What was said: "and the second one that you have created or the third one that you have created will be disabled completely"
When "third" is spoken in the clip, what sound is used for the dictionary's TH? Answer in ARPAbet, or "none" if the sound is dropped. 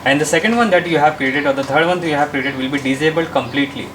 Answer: T